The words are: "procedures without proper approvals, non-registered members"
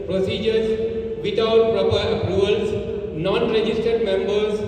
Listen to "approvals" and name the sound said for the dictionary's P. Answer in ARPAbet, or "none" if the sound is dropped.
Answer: none